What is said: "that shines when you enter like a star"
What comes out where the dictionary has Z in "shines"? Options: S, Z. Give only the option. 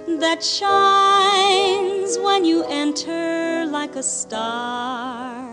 Z